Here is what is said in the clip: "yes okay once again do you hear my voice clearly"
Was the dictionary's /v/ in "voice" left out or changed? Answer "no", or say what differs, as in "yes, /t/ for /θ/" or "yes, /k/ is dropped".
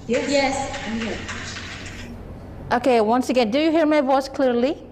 no